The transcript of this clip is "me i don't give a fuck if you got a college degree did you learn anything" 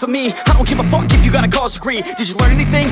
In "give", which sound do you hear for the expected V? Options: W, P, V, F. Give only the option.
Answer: P